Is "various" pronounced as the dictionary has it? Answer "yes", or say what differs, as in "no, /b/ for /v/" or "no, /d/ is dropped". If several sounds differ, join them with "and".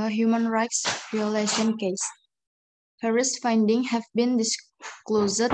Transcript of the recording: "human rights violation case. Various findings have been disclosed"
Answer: no, /p/ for /v/